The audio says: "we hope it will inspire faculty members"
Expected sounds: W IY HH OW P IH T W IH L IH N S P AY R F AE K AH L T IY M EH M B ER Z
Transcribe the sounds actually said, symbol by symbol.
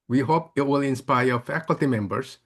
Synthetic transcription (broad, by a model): W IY HH OW P IH T W IH L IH N S P AY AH F AE K AH L T IY M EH M B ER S